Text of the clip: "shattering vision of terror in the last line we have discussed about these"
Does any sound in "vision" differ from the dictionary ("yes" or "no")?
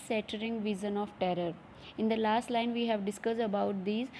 yes